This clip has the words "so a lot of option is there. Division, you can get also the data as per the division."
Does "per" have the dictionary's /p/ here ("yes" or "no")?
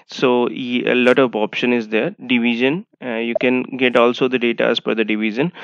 no